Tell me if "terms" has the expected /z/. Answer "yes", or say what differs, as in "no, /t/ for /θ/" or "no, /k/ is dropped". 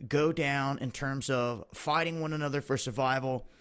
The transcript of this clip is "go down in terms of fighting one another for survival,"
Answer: yes